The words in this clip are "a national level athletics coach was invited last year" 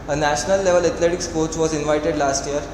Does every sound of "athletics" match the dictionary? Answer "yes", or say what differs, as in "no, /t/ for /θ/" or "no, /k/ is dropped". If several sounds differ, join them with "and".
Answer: no, /t/ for /θ/